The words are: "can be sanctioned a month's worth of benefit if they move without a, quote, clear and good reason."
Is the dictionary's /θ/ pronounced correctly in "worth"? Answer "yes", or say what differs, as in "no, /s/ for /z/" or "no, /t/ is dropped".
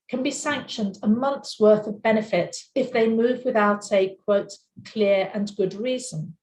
yes